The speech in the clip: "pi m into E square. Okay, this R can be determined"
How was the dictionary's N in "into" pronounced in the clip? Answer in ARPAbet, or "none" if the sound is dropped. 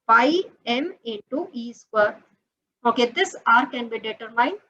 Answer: none